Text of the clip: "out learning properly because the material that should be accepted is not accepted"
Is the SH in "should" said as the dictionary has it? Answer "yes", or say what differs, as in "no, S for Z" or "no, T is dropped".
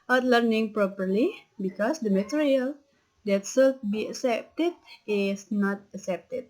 no, S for SH